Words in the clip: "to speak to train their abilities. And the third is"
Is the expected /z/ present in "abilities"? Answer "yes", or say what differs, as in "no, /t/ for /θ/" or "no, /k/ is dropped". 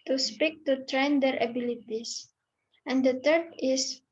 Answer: no, /s/ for /z/